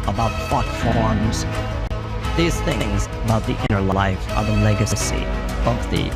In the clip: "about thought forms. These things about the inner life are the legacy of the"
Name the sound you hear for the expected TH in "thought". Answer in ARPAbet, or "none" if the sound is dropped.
F